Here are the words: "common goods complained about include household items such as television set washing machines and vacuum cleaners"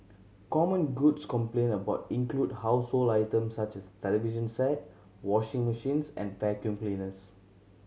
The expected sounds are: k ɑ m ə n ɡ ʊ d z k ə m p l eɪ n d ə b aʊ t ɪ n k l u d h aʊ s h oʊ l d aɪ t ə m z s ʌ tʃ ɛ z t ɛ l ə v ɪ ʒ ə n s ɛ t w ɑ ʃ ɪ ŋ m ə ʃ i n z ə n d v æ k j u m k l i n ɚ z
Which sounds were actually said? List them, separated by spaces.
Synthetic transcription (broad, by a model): k ɑ m ə n ɡ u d s k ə m p l eɪ n ə b aʊ t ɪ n k l u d h aʊ s h oʊ l aɪ t ə m s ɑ tʃ ɛ s t ɛ l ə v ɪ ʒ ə n s ɛ t w ɑ ʃ ɪ ŋ m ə ʃ i n s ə n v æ k j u m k l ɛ n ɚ s